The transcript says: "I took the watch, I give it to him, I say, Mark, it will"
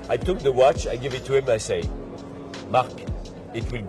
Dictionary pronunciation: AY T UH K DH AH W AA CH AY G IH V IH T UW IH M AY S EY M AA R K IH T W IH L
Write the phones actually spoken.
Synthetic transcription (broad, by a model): AY T UH K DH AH W AA CH AY G IH V IH T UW IH M AY S EY M AA R K IH T W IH L